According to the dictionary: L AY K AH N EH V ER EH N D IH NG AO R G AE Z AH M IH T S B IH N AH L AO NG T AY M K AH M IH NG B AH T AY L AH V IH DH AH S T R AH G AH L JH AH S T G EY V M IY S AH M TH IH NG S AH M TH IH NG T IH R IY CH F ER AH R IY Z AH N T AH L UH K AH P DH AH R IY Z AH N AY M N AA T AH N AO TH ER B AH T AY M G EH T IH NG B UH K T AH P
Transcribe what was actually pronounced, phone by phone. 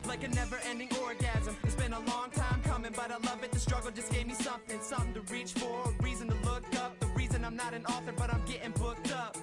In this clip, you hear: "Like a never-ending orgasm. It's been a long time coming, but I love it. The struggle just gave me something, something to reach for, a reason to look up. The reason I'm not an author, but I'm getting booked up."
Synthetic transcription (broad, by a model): L AY K AH N EH V ER EH N D IH NG AO R G AE Z AH M IH T S B IH N AH L AO NG T AY M K AH M IH NG B AH T AY L AH V IH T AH S T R AH G L JH AH S G EY V M IY S AH M TH IH NG S AH M TH IH NG T IH R IY CH F ER R IY Z AH N T AH L UH K AH P DH AH R IY Z AH N AY M N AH T AH N AO TH ER B AH T AY M G EH T IH NG B UH K T AH P